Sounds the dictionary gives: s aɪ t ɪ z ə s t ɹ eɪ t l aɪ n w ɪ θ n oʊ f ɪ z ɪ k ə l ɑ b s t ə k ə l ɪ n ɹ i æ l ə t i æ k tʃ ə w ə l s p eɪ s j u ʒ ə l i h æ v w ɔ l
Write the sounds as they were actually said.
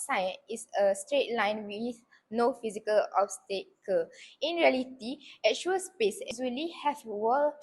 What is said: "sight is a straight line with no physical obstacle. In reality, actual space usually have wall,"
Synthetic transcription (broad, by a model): s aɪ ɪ s ə s t ɹ eɪ t l aɪ n w ɪ θ n oʊ f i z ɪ k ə l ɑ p s t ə k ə ɪ n ɹ i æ l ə t i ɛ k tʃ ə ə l s p eɪ s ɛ z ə l i h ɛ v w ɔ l